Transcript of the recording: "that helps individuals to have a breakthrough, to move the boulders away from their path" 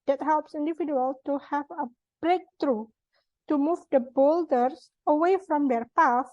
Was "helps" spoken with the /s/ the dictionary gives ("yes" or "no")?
yes